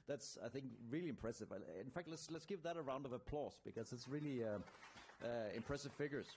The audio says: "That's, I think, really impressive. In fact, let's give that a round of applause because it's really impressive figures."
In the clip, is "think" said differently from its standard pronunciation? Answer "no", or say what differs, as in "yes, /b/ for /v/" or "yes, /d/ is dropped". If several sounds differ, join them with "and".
no